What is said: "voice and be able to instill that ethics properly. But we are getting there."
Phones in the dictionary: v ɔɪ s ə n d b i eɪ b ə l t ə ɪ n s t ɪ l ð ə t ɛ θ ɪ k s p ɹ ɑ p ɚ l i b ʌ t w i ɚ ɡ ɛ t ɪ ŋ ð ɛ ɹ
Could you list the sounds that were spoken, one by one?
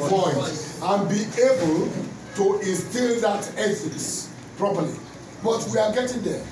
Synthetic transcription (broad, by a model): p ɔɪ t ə n b i eɪ b ə l t ə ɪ n s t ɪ l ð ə t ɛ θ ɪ s p ɹ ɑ p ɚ l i b ʌ t w i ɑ ɡ ɛ t ɪ ŋ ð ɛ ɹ